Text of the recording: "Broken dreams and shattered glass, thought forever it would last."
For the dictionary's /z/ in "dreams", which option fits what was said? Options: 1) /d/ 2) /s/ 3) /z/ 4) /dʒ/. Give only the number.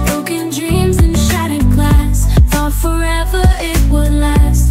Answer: 3